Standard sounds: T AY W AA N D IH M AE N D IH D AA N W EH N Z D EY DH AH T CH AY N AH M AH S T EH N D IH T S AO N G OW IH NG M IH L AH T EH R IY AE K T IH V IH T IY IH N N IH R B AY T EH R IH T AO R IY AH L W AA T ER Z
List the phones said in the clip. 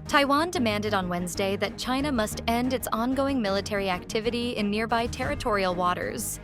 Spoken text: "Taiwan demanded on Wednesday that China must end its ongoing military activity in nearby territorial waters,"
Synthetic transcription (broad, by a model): T AY W AA N D IH M AE N D IH D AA N W EH N Z D EY DH AH T CH AY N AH M AH S T EH N D IH T S AO N G OW IH NG M IH L AH T EH R IY AE K T IH V IH T IY IH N N IH R B AY T EH R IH T AO R IY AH L W AA T ER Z